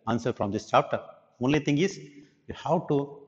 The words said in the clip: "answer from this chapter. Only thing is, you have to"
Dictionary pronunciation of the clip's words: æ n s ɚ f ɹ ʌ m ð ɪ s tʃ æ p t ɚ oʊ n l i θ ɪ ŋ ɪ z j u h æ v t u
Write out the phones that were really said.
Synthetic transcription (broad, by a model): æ n s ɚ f ɹ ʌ m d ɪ s tʃ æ p t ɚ oʊ n l i t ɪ ŋ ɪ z j u h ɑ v t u